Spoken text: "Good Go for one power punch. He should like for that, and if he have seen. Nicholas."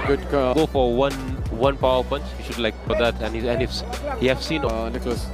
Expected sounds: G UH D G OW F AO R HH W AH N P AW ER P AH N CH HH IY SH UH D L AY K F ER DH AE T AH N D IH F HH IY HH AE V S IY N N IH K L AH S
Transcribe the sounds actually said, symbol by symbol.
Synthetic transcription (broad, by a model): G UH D G OW F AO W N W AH N P AW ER P AH N CH HH IY SH UH D L AY K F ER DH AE T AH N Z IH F HH IY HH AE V S IY N N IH K L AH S